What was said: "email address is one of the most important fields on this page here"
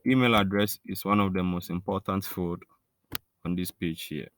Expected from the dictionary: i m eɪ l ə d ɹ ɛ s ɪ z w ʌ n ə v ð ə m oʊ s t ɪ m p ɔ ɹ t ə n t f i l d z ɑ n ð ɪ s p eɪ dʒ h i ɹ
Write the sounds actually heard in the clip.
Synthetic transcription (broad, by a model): i m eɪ l ə d ɹ ɛ s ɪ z w ʌ n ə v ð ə m oʊ s t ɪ m p ɔ t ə n t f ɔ d ɑ n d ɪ s p eɪ dʒ h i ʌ